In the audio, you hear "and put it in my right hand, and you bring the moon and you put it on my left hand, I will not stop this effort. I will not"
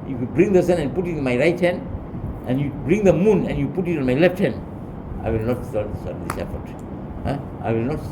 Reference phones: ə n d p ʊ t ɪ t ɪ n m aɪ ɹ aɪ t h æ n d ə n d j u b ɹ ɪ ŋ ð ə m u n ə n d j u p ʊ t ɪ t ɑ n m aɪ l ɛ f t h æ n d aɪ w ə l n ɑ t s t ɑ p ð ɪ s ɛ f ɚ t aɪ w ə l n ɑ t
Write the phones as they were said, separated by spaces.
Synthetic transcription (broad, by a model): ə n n p ʊ t ɪ t ɪ n m aɪ ɹ aɪ t h æ n d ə n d j u b ɹ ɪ ŋ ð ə m u n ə n j u p ʊ t ɪ t ɑ n m aɪ l ɛ f t h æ n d aɪ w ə l n ɑ t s s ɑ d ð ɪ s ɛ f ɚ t aɪ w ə l n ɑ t